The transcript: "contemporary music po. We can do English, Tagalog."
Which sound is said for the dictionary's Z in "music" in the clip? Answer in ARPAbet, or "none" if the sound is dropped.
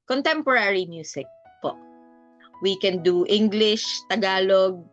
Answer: S